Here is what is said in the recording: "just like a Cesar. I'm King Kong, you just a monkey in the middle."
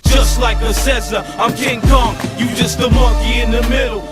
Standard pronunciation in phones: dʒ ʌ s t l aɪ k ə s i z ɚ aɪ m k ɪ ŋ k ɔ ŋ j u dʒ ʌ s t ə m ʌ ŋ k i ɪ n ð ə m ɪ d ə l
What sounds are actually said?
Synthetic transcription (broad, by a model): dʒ ʌ s t l aɪ k ə s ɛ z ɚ aɪ m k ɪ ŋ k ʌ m j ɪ dʒ ʌ s t ə m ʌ k i ɪ n ð ə m ɪ d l